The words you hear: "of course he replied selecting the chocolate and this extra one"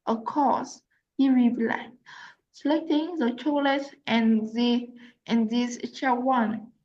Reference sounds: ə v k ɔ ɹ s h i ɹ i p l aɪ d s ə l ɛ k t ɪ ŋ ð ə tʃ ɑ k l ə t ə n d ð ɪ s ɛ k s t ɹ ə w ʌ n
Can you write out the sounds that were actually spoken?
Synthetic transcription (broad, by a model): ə k ɔ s h i ɹ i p l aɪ s ə l ɛ k t ɪ ŋ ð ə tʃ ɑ l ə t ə n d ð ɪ ɛ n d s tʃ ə w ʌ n